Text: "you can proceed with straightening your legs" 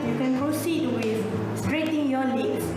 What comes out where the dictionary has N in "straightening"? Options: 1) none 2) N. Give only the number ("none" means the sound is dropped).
1